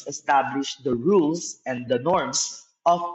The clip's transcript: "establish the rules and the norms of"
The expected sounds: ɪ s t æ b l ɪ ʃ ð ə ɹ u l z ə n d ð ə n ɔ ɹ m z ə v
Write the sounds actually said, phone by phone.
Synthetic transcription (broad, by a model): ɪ s t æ b l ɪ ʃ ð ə ɹ u l s ə n d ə n ɔ ɹ m s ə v